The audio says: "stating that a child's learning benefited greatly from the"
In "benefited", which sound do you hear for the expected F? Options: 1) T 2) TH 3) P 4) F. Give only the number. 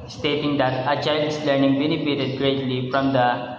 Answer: 3